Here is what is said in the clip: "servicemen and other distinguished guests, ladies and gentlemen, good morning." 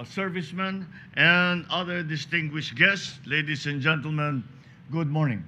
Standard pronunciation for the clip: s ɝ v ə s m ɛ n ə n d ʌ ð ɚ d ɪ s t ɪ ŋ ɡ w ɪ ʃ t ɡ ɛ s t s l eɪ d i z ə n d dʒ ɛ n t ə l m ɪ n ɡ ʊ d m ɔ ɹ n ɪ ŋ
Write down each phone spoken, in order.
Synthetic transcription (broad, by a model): s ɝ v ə s m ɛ n ə n d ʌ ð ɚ d ɪ s t ɪ ŋ ɡ w ɪ ʃ t ɡ ɛ s t s l eɪ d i s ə n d dʒ ɛ n t ə l m ɪ n ɡ ʊ d m ɔ ɹ n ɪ ŋ